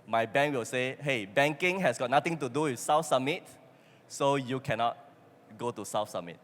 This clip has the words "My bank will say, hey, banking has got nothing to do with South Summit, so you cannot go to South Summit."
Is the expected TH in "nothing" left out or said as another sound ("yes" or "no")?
yes